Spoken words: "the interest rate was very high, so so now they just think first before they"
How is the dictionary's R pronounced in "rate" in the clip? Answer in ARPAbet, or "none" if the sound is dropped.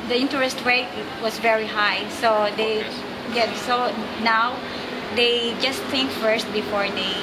W